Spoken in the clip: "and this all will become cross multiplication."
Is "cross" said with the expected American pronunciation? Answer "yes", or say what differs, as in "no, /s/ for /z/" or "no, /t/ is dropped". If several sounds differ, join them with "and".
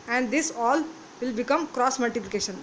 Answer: yes